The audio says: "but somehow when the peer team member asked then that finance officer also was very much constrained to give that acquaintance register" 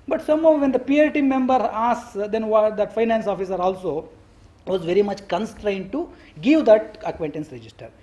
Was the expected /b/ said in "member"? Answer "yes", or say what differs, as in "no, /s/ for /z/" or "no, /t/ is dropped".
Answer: yes